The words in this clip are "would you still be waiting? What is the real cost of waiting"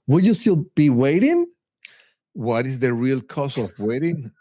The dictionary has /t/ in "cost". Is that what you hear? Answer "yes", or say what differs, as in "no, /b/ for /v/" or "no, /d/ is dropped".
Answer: no, /t/ is dropped